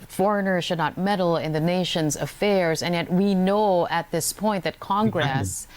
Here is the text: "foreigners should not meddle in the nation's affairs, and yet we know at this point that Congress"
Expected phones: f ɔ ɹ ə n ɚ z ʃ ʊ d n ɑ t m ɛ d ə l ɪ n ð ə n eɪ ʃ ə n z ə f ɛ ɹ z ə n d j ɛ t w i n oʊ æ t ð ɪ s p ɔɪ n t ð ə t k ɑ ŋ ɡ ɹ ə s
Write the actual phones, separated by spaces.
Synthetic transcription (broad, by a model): f ɔ ɹ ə n ɚ ʃ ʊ d n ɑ t m ɛ d l ɪ n ð ə n eɪ ʃ ə n z ə f ɛ ɹ z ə n j ɛ t w i n oʊ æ t ð ɪ s p ɔɪ n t ð ə t k ɑ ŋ ɡ ɹ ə s